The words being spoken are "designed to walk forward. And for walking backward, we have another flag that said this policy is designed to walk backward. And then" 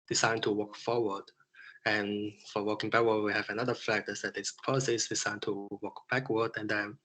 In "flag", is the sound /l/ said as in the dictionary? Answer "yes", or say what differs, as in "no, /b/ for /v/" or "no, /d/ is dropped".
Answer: no, /l/ is dropped